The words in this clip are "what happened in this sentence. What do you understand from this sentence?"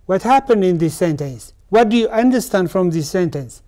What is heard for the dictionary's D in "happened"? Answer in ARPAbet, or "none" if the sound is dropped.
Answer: D